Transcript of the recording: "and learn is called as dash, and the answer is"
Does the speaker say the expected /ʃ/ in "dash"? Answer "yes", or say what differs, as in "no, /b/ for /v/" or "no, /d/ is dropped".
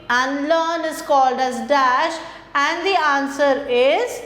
yes